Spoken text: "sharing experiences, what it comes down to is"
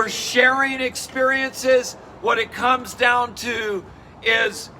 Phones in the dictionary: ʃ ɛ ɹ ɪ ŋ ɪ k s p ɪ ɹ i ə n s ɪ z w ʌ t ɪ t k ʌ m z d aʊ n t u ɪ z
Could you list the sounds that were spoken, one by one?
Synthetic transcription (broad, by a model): ʃ ɛ ɹ ɪ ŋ ɪ k s p ɪ ɹ i ə n s ɪ z w ʌ t ɪ t k ʌ m z d aʊ n t u ɪ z